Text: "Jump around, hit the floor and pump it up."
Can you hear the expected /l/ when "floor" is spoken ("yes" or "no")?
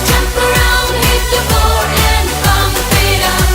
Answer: no